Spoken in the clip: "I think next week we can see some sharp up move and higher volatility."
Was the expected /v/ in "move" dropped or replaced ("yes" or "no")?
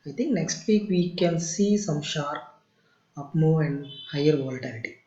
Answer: yes